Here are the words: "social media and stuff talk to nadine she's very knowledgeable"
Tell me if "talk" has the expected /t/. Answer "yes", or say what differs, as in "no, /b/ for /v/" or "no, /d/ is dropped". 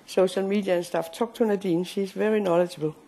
no, /s/ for /t/